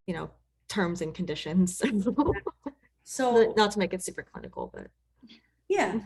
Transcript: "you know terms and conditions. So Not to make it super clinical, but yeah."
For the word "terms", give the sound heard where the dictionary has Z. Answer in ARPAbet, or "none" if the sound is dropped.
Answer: Z